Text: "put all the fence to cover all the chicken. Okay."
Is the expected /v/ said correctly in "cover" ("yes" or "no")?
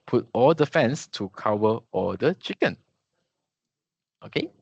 no